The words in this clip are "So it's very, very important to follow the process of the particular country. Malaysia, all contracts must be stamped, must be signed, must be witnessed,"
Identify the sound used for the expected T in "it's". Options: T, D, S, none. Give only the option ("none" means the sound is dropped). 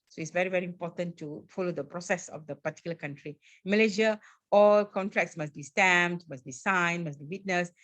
T